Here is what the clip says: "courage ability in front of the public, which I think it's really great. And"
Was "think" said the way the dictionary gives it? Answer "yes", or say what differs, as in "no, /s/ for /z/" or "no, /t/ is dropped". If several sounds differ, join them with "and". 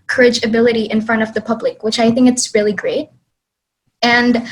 yes